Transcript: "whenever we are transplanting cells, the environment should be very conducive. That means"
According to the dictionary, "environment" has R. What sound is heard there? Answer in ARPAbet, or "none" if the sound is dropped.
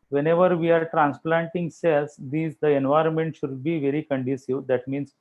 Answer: R